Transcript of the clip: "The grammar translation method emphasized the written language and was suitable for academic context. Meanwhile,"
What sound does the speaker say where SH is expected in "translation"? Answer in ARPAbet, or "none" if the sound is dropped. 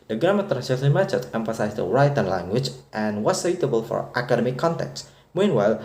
S